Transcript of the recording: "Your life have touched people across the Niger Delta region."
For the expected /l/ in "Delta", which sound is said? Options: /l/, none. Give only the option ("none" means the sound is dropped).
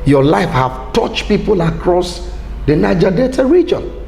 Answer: none